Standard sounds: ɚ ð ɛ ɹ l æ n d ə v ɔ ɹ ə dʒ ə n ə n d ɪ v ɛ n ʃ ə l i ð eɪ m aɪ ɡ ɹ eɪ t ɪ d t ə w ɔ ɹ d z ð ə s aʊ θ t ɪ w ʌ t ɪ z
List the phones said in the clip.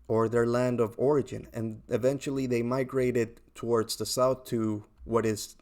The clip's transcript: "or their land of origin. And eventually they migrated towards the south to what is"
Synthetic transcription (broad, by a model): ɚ ð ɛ ɹ l æ n d ə v ɔ ɹ ə dʒ ə n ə n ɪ v ɛ n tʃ l i ð eɪ m aɪ ɡ ɹ eɪ t ɪ d t ə w ɔ ɹ d z ð ə s aʊ θ t ɪ w ʌ t ɪ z